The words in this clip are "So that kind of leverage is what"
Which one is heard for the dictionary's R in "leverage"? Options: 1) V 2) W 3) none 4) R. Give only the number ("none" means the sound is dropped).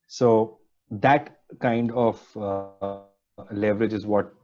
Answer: 4